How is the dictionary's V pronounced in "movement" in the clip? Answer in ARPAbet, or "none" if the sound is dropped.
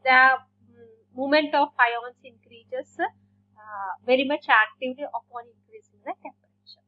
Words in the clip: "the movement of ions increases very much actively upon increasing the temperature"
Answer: none